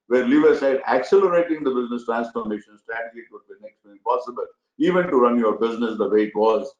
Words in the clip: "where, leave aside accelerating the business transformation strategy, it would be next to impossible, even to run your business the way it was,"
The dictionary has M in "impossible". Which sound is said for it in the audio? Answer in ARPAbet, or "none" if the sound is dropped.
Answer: none